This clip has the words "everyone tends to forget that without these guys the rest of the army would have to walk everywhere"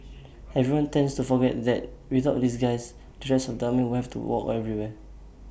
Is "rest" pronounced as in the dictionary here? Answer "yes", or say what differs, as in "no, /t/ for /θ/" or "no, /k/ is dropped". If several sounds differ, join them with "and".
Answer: no, /t/ is dropped